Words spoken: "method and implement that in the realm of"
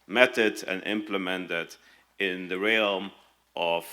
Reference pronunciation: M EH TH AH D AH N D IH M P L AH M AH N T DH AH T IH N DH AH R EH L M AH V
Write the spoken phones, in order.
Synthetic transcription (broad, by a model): M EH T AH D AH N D IH M P L AH M AH N T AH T IH N DH AH R EH L M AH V